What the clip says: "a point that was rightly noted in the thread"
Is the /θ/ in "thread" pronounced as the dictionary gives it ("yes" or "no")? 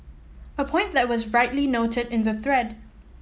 yes